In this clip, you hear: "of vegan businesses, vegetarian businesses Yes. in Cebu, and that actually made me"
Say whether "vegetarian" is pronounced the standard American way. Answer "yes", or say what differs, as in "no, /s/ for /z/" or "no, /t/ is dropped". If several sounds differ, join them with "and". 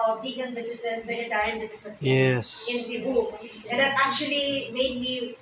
no, /dʒ/ is dropped